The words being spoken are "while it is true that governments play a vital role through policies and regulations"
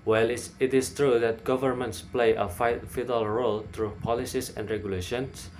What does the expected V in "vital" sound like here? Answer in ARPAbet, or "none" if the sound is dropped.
F